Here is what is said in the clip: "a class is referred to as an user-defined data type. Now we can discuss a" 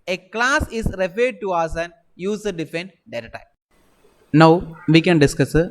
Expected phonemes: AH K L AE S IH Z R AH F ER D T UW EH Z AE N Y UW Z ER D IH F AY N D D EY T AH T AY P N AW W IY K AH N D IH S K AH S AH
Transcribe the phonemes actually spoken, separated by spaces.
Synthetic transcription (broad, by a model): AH K L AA S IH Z R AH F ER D T UW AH S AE N Y UW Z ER D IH F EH N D D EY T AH T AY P N AW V IY K AH N D IH S K AH S